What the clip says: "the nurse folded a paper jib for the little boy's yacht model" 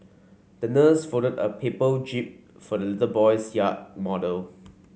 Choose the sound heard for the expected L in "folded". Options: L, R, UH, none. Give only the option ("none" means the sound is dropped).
none